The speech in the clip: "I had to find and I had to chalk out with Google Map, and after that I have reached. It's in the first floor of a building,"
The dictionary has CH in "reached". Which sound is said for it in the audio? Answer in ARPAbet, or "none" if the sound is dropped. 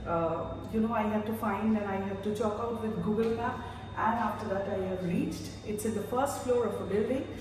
CH